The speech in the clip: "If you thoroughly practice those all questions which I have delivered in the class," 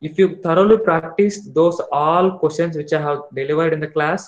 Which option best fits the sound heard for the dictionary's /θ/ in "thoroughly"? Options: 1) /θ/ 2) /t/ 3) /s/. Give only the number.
2